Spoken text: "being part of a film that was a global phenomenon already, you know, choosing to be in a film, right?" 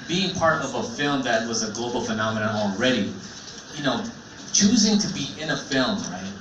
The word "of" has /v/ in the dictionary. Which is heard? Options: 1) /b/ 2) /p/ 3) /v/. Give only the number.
3